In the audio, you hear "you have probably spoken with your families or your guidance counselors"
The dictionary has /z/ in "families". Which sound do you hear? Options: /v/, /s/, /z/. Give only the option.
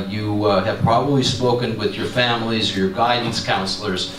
/z/